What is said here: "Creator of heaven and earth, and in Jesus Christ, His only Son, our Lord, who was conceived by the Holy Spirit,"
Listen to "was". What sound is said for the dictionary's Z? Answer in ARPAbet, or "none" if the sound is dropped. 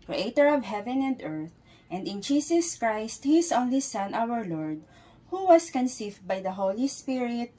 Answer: S